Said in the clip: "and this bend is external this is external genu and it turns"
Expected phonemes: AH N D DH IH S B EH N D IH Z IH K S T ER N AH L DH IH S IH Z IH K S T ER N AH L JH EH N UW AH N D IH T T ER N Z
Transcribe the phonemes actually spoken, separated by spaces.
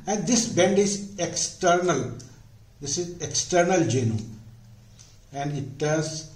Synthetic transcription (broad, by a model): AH N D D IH S B EH N D IH Z IH K S T ER N AH L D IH S IH Z IH K S T ER N AH L JH EH N UW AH N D IH T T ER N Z